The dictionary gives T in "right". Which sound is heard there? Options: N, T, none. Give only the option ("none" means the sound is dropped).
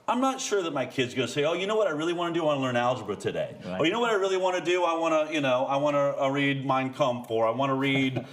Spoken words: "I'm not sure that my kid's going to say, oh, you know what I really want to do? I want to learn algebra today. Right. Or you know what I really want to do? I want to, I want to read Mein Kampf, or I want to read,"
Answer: none